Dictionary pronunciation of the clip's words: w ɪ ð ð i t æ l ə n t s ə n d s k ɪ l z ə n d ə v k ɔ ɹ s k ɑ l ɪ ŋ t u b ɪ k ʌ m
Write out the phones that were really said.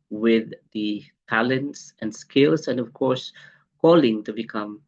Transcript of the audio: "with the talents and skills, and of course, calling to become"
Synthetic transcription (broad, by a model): w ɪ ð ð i t æ l ə n t s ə n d s k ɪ l s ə n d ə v k ɔ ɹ s k ɑ l ɪ ŋ t u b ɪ k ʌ m